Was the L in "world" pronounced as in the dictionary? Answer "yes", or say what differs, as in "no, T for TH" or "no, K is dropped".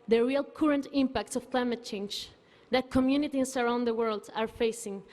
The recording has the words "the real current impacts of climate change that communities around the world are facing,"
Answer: yes